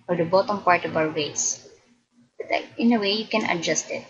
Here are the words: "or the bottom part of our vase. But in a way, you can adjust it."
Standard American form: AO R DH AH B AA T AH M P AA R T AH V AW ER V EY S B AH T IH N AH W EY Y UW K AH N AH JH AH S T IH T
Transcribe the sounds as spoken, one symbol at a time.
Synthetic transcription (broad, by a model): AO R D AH B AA T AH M P AA R T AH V AW ER W EY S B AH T IH N AH W EY Y UW K AH N AH JH AH S T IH T